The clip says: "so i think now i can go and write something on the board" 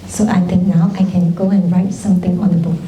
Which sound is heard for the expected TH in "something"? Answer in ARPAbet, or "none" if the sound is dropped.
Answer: T